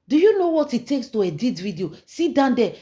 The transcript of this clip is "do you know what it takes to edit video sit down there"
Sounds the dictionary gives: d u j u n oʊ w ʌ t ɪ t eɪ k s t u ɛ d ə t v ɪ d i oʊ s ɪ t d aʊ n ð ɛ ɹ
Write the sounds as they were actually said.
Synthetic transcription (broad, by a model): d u j u n oʊ w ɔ t ɪ t eɪ k s t u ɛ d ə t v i d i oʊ s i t d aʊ n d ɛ